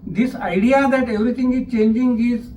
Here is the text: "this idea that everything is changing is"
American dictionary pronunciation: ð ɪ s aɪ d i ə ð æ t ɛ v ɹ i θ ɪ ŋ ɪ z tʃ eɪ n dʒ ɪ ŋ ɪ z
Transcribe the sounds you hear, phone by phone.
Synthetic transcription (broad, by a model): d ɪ s aɪ d i ə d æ t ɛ v ɹ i t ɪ ŋ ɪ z tʃ eɪ n dʒ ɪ ŋ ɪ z